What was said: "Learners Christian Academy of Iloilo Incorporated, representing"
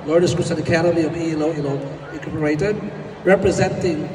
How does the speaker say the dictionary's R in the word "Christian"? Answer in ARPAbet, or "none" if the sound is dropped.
none